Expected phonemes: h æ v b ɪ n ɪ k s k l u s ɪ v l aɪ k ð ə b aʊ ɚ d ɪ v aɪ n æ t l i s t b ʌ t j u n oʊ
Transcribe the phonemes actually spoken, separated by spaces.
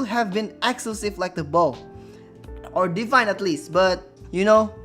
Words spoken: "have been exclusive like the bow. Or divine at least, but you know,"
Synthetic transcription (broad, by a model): h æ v b ɪ n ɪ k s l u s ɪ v l aɪ k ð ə b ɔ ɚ d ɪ f aɪ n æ t l i s t b ʌ t j u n oʊ